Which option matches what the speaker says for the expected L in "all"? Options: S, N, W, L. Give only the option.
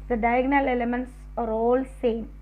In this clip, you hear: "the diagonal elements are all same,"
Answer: L